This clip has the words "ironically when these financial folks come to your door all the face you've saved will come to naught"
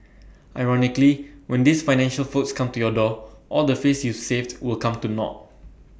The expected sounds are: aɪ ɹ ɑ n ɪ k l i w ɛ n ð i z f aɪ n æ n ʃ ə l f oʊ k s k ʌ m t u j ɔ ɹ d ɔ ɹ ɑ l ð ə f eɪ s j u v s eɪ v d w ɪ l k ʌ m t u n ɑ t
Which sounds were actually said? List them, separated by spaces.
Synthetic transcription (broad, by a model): aɪ ɹ ɑ n ɪ k l i w ɛ n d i s f aɪ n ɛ n ʃ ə l f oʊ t s k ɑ m t u j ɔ d ɔ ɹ ɑ l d ə f eɪ s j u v s eɪ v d w ɪ l k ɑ m t u n ɑ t